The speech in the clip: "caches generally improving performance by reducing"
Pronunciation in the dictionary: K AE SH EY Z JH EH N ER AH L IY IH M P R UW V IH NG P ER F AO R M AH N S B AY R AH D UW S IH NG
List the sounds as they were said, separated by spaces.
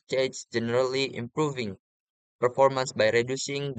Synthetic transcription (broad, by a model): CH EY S JH EH N ER AH L IY IH M P R UW V IH NG P ER F AO R M AH N S B AY R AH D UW S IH NG